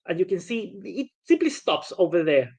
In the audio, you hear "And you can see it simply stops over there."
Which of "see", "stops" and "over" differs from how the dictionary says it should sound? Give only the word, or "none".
none